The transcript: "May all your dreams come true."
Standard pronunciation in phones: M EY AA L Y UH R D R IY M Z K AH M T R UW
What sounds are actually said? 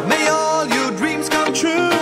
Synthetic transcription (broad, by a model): M EY AA L Y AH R D R IY M Z K AH M T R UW